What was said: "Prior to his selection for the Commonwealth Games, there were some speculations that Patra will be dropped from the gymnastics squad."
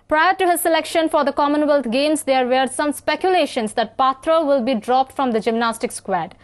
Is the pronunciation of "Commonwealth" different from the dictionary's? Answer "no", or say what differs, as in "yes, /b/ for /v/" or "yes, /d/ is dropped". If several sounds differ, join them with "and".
yes, /t/ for /θ/